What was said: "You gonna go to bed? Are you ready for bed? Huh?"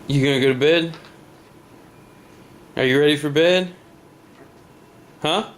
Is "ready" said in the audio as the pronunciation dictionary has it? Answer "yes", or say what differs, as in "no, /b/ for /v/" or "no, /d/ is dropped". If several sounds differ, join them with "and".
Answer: yes